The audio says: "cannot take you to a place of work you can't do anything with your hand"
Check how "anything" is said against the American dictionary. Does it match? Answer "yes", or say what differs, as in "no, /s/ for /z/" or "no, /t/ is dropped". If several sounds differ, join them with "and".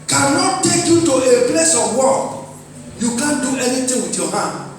no, /t/ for /θ/